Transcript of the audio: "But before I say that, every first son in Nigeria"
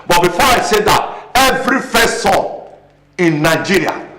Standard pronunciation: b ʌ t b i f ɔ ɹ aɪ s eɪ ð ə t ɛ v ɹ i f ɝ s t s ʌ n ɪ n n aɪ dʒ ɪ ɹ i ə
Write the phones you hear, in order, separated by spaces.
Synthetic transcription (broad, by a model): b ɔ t b i f ɔ ɹ aɪ s eɪ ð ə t ɛ v ɹ i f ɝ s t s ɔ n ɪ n n aɪ dʒ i ɹ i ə